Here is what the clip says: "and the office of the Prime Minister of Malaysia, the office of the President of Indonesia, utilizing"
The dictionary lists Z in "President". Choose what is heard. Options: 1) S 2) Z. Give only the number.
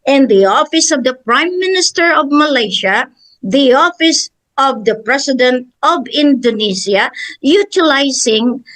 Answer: 1